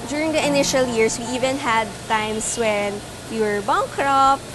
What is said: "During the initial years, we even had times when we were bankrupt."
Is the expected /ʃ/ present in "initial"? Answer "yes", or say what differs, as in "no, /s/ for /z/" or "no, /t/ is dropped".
yes